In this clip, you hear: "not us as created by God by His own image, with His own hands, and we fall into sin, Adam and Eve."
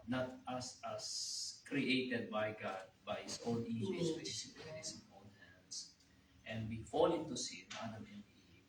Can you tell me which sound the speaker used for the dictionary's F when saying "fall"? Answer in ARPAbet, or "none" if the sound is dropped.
F